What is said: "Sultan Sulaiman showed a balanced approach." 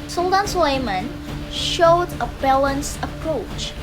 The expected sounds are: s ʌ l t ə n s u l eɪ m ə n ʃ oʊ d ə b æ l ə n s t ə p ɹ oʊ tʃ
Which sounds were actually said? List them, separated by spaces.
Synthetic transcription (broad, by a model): s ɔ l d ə n s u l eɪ m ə n ʃ oʊ d ə b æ l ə n s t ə p ɹ oʊ tʃ